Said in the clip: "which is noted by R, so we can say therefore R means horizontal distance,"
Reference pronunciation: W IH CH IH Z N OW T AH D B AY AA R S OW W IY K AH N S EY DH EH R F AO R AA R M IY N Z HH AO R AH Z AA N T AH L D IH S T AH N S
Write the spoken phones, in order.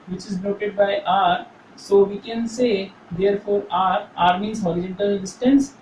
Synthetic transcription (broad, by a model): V IH CH IH Z N OW T AH D B AY AA R S OW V IY K AH N S EY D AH R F AO R AA R M IY Z HH AO R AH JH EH N T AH L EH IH S T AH N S